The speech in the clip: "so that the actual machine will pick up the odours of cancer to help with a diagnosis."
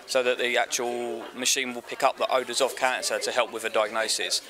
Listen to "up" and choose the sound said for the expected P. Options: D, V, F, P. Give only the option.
P